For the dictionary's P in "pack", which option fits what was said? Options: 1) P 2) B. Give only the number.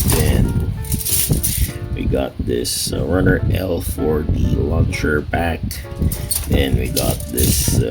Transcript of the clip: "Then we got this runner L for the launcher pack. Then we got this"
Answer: 2